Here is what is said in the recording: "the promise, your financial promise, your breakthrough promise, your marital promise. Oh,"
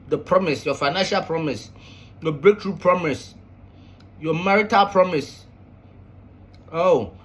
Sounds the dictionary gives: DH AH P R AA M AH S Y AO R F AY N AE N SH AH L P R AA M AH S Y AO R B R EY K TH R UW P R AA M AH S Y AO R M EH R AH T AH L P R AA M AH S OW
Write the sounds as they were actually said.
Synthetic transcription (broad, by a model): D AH P R AA M AH S Y AO F AY N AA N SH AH L P R AA M AH S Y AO B R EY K T R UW P R AA M AH S Y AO M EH R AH T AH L P R AA M AH S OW